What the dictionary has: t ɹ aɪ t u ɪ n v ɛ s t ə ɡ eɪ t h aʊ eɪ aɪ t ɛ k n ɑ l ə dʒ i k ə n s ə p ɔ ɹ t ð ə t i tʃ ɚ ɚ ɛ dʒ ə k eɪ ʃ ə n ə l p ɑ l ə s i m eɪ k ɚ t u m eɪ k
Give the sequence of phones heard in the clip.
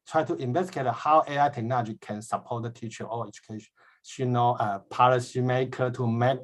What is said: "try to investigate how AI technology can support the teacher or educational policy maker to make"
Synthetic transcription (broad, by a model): t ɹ aɪ t u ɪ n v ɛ s t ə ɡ eɪ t h aʊ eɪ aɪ t ɛ k n ɑ l ə dʒ i k ə n s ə p ɔ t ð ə t i tʃ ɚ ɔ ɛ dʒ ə k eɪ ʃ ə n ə n p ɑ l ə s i m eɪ k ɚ t u m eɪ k